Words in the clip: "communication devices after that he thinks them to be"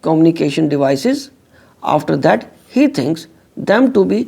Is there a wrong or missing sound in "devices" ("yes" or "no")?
no